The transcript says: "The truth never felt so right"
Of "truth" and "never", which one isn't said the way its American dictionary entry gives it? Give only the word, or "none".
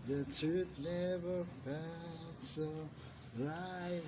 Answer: truth